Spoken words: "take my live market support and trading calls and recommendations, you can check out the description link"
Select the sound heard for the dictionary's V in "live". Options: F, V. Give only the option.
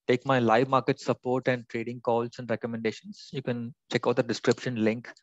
V